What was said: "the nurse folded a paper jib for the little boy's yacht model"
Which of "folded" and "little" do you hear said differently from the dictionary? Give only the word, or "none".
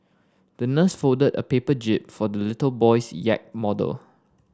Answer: folded